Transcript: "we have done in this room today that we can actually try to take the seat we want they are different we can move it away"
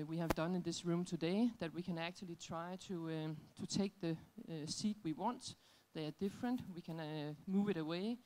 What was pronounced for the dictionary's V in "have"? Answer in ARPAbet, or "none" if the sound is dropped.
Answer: V